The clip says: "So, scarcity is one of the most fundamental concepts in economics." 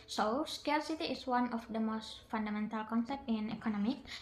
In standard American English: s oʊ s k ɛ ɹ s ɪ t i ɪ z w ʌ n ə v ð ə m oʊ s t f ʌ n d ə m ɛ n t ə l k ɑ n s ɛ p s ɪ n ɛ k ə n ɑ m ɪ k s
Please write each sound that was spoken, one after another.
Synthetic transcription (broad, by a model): s oʊ s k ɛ l s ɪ t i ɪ s w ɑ n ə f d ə m oʊ s t f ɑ n d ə m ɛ n t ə l k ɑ n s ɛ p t ɪ n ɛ k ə n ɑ m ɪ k